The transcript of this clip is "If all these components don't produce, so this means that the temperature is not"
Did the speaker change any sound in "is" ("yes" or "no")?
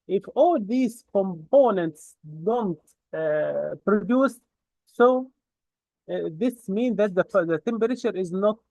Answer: no